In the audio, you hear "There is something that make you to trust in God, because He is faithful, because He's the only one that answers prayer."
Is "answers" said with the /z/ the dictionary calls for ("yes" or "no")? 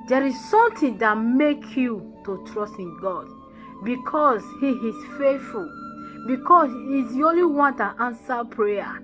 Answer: no